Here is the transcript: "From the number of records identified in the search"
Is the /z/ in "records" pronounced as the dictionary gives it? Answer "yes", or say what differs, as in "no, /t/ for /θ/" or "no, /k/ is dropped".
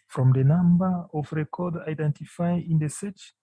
no, /z/ is dropped